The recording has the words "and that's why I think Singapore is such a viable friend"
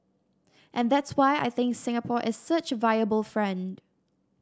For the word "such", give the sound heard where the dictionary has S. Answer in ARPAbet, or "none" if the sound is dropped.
S